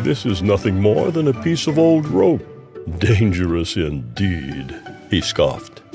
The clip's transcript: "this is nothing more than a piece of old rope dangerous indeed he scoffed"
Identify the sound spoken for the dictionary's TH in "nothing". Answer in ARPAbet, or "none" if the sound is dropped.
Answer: TH